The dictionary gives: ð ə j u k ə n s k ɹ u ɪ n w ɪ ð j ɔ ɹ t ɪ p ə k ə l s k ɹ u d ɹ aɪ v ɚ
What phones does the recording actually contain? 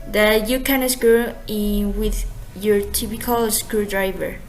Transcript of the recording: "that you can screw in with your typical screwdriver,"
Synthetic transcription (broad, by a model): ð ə j u k ə n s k u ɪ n w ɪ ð j ɔ ɹ t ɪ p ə k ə l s k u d ɹ aɪ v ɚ